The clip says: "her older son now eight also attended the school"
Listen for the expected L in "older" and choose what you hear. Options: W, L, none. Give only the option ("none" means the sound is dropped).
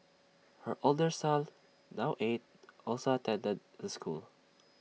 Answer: L